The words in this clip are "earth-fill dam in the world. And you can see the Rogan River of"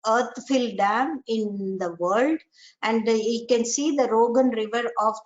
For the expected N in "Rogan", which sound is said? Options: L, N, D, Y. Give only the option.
N